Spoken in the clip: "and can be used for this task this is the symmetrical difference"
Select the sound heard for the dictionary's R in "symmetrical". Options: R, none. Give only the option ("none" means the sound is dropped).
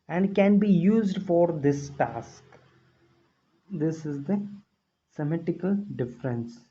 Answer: none